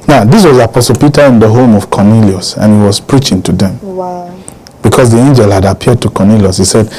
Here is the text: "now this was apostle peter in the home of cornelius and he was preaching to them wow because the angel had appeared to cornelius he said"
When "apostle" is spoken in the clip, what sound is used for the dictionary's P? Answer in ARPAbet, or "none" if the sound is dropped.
P